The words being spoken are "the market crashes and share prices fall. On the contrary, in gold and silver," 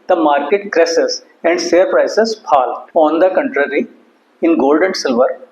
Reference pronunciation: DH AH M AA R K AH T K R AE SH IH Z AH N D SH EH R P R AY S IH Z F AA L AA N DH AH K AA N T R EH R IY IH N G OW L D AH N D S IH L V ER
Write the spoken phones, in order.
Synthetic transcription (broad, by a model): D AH M AA R K AH T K R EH S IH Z AH N D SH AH R P R AY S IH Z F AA L AA N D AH K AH N T R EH R IY IH N G OW L D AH N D S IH L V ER